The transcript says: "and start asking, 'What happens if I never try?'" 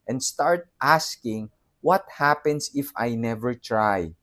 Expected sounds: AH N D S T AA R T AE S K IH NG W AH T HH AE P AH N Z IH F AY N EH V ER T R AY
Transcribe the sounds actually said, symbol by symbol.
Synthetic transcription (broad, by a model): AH N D S T AA R T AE S K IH NG W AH T HH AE P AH N S IH F AY N EH V ER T R AY